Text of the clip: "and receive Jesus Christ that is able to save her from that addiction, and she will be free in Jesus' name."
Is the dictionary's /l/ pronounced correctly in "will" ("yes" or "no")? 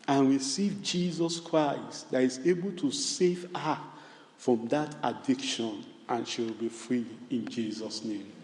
yes